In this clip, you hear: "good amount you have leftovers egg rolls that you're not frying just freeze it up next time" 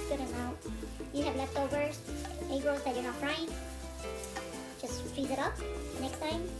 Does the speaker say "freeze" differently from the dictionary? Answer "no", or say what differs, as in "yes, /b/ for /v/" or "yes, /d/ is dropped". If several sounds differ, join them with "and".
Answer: yes, /ɹ/ is dropped